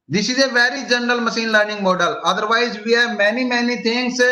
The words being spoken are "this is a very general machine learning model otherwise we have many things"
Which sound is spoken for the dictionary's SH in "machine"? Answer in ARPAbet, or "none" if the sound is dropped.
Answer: S